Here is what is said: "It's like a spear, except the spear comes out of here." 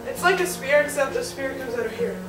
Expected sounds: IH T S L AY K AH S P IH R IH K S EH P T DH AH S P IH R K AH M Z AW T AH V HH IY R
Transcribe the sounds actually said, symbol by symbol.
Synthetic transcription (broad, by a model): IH T S L AY K AH S P IH R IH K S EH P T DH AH S P IH R K AH M Z AW T AH V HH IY R